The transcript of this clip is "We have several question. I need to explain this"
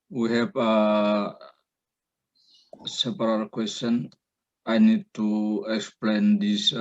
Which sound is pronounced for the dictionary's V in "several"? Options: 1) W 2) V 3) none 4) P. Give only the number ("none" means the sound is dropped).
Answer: 4